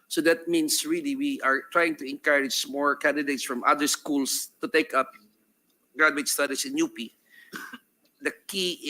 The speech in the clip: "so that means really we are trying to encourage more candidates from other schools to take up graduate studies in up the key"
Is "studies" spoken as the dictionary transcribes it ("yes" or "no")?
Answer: no